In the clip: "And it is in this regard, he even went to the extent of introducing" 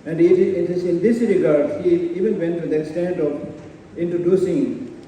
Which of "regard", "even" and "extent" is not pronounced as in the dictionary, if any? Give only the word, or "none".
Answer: none